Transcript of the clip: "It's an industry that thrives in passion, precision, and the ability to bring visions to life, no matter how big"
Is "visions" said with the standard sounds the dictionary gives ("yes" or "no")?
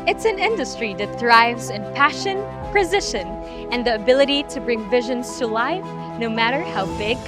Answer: yes